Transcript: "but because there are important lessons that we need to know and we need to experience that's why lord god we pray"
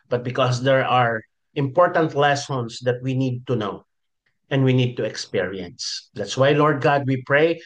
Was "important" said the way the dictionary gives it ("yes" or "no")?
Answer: yes